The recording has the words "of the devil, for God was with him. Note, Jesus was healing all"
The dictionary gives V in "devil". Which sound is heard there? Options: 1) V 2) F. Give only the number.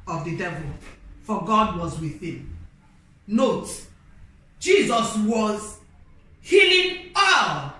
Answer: 1